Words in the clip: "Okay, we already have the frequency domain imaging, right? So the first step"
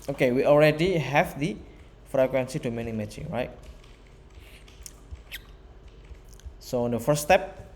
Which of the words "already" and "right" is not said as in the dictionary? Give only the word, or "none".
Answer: none